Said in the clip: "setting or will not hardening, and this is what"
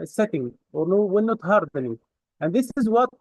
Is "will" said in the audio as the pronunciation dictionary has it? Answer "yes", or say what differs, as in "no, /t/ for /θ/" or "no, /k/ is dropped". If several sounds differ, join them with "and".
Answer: no, /w/ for /l/